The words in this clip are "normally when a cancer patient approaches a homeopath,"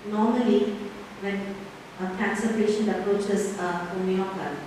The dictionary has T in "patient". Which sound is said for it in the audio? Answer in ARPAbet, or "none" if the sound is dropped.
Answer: none